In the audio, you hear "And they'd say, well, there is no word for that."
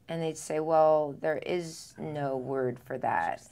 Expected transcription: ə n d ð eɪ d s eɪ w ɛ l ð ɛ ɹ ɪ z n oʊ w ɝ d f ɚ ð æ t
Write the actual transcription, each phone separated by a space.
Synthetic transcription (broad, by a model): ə n ð eɪ d s eɪ w ɛ l ð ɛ ɹ ɪ z n oʊ w ɝ d f ɚ ð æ t